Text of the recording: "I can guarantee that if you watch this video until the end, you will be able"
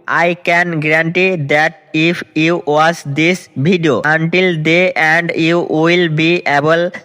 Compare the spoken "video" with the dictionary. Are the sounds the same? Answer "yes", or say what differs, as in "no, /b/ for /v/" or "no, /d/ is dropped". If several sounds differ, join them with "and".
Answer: no, /b/ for /v/